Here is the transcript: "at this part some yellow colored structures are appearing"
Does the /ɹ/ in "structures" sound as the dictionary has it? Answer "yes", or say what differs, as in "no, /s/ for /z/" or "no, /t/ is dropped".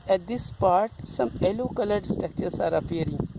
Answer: no, /ɹ/ is dropped